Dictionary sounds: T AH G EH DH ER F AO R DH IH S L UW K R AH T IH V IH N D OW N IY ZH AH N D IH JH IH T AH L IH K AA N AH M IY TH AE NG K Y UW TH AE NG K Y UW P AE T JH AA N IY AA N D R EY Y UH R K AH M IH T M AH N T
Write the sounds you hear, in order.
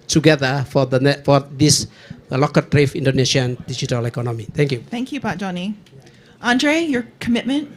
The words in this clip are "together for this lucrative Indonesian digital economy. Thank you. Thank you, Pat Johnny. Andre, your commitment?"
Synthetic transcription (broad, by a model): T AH G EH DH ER F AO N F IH S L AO K AH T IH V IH N D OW N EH SH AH N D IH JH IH T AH L IH K AA N AH M IY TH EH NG K Y UW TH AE NG K Y UW B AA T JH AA N IY AA N D R EY Y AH R K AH M IH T M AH N T